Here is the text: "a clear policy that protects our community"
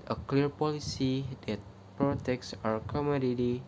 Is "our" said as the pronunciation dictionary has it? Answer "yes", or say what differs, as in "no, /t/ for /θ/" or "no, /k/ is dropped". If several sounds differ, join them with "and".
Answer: yes